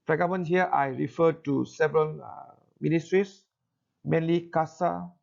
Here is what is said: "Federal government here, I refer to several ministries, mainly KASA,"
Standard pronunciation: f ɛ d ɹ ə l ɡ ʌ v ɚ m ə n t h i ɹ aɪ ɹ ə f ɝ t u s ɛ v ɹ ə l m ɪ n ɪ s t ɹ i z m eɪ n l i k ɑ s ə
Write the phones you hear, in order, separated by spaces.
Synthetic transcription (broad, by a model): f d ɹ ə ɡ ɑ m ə n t h i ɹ aɪ ɹ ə f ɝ t u s ɛ v ɹ ə l m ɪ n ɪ s t ɹ i s m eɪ n l i k ɑ s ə